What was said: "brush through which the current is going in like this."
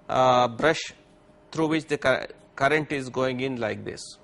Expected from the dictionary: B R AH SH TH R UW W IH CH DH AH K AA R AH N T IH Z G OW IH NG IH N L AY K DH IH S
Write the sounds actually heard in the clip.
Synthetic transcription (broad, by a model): B R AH SH T R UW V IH CH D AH K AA R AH N T IH Z G OW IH NG IH N L AY K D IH S